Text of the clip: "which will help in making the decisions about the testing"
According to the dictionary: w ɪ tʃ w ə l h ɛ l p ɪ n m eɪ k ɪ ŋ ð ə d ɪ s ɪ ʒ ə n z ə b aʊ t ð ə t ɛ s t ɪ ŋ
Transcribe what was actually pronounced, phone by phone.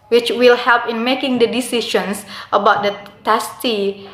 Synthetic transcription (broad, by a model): w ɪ tʃ w ə l h ɛ l p ɪ n m eɪ k ɪ ŋ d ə d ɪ s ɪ ʃ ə n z ə b aʊ t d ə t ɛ s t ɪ